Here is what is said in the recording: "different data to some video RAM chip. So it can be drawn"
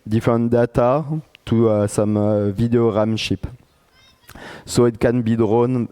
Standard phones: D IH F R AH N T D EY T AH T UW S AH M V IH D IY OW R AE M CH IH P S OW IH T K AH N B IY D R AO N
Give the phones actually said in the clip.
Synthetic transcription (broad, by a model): D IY F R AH N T D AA T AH T UW S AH M V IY D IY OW R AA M SH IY P S OW IH T K AH N B IY D R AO N